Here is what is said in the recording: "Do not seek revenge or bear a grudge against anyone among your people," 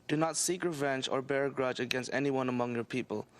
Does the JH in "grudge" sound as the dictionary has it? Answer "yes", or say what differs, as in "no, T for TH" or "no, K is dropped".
yes